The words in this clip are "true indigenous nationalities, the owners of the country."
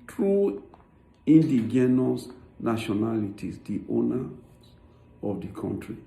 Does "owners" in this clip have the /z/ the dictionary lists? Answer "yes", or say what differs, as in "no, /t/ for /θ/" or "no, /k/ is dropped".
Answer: no, /z/ is dropped